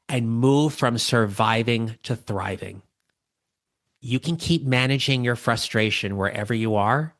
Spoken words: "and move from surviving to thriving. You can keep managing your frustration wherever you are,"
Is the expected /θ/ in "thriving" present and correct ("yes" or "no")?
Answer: yes